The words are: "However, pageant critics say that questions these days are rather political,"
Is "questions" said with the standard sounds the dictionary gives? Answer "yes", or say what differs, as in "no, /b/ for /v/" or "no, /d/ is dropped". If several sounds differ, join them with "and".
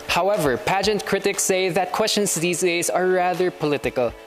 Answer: no, /s/ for /z/